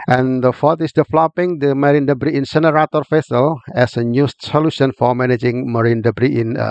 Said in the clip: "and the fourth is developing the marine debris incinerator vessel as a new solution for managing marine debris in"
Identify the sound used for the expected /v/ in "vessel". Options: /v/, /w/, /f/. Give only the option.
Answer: /f/